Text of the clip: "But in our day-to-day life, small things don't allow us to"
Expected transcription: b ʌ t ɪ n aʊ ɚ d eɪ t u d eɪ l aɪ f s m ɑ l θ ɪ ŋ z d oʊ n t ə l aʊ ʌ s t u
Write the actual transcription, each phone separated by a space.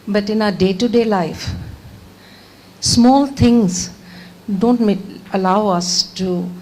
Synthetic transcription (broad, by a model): b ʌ t ɪ n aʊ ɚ d eɪ t u d eɪ l aɪ f s m ɑ l t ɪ ŋ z d oʊ n t ə l aʊ ʌ s t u